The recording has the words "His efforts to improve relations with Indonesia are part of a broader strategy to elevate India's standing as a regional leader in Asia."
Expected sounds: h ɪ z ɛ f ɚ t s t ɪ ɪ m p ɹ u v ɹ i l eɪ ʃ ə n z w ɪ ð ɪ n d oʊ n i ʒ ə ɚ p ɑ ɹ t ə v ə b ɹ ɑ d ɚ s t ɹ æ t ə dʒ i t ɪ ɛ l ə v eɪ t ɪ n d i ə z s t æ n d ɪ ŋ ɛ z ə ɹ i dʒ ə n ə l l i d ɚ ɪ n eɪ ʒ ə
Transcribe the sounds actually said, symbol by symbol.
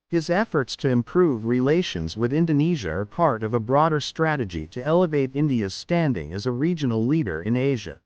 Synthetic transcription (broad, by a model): h ɪ z ɛ f ɚ t s t ɪ ɪ m p ɹ u v ɹ i l eɪ ʃ ə n z w ɪ ð ɪ n d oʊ n i ʒ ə ɚ p ɑ ɹ t ə v ə b ɹ ɑ d ɚ s t ɹ æ t ə dʒ i t ɪ ɛ l ə v eɪ t ɪ n d i ə z s t æ n d ɪ ŋ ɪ z ə ɹ i dʒ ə n l l i d ɚ ɪ n eɪ ʒ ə